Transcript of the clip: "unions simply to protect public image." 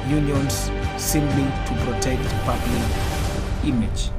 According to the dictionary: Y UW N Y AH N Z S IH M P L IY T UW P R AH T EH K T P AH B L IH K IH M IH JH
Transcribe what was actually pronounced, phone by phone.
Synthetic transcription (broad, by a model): Y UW N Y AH N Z S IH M B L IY T UW P R AH T EH K T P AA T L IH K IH M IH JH